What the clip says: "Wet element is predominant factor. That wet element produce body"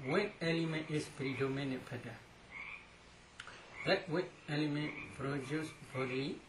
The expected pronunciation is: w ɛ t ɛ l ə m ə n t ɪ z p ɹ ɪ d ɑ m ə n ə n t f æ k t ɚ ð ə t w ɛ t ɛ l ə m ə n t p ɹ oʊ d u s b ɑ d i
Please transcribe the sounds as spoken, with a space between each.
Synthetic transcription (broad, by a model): w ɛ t ɛ l ə m ə n t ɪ s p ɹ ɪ d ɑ m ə n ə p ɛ t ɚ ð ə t w ɛ t ɛ l ə m ə n t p ɹ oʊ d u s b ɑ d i